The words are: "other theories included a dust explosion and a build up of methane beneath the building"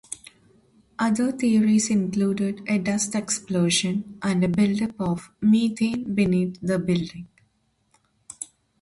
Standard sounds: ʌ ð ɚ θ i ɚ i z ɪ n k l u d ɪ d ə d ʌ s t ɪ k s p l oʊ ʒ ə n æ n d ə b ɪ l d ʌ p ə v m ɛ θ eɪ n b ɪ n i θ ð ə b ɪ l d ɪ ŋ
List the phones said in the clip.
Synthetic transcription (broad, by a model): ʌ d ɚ t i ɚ i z ɪ n k l u d ɪ d ə d ʌ s t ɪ k s p l oʊ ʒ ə n æ n d ə b ɪ l d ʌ p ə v m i t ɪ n b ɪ n i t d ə b ɪ l d ɪ ŋ